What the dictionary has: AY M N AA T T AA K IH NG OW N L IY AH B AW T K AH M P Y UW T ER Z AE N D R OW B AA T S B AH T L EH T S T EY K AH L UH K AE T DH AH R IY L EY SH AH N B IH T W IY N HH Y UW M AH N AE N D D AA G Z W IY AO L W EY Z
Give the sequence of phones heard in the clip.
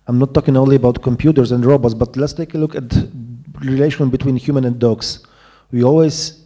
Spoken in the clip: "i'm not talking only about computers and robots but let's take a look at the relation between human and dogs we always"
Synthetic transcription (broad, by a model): AY M N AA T T AA K IH NG OW N L IY AH B AW T K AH M P Y UW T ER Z AE N D R OW B AA T S B AH T L EH T S T EY K AH L UH K AE T R IY L EY SH AH N B IH T W IY N HH Y UW M AH N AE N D D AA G S W IY AO L W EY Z